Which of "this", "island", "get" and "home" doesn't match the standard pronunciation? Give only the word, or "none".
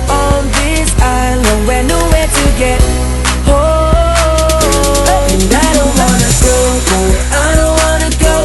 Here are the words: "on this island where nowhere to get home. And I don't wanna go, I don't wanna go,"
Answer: home